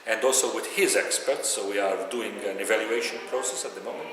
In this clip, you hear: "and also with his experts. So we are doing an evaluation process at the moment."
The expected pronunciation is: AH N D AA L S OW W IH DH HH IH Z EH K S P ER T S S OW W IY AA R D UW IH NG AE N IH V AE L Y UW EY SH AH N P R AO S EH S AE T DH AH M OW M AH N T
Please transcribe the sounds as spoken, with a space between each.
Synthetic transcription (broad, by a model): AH N D AA L S OW W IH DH HH IH Z EH K S P ER T S S OW W IY AA R D UW IH NG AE N IH V AE L Y UW EY SH AH N P R AO S EH S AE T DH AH M OW M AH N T